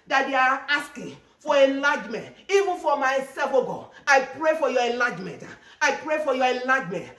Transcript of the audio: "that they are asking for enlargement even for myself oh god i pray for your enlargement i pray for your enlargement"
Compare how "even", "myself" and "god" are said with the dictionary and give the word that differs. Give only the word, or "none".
god